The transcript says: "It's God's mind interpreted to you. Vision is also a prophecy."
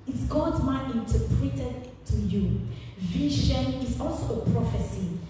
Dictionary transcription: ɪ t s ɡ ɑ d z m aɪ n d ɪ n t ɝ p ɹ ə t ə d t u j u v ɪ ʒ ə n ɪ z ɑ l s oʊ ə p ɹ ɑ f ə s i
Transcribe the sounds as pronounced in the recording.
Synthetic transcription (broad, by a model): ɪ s ɡ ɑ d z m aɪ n ɪ n t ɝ p ɹ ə t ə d t u j u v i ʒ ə n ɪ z ɑ l s oʊ ə p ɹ ɑ f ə s i